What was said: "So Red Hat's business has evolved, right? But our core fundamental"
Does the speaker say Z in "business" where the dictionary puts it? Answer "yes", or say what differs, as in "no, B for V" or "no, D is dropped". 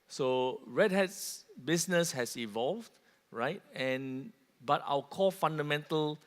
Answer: no, S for Z